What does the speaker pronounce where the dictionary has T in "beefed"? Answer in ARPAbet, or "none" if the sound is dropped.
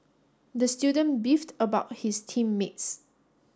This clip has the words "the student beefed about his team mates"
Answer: T